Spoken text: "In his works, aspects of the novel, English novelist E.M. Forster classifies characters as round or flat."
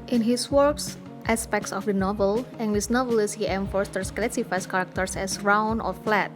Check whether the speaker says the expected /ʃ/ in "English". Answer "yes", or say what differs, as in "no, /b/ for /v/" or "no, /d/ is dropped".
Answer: no, /s/ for /ʃ/